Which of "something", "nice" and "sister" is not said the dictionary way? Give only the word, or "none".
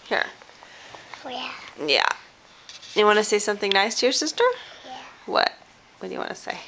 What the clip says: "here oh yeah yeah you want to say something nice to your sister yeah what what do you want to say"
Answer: none